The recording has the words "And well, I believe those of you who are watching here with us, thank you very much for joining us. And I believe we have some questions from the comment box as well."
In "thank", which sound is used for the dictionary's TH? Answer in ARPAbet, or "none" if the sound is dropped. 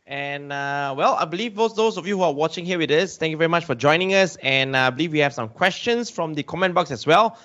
T